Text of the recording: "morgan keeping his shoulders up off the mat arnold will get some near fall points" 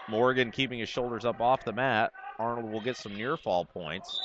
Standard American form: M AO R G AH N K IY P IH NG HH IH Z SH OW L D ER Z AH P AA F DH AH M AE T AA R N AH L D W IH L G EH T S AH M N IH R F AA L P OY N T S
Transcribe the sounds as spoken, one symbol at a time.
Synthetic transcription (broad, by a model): M AO R G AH N K IY P IH NG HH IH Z SH OW L D ER Z AH P AA F DH AH M AE T AA R N L D W IH L G EH T S AH M N IH R F AA L P OY N T S